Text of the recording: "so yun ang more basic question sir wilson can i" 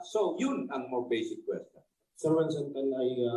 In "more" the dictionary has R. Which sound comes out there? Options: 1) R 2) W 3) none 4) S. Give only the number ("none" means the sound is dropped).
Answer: 2